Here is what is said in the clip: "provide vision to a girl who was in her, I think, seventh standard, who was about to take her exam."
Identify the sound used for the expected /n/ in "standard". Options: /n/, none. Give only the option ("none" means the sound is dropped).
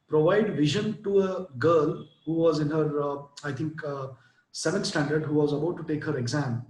/n/